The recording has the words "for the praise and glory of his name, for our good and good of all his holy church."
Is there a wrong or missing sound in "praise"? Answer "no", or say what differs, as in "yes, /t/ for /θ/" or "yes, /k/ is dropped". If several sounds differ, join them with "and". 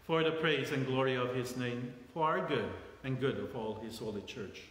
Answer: no